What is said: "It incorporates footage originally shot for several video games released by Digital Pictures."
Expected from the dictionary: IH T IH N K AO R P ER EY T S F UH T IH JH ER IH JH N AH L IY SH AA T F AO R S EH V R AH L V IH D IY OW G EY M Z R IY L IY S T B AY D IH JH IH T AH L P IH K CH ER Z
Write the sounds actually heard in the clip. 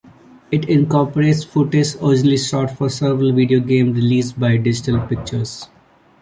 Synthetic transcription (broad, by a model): IH T IH N K AO R P ER EY T S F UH T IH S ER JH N L IY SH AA T F AO R S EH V R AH L V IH D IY OW G EY M R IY L IY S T B AY D IH JH IH T AH L P IH K CH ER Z